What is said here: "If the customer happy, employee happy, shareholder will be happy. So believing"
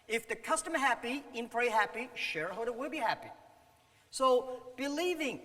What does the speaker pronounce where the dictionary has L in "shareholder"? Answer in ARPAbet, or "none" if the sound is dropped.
none